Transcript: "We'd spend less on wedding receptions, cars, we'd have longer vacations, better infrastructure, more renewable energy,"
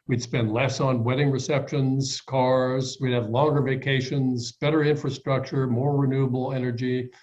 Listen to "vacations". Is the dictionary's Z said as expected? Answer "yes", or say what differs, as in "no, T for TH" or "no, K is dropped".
yes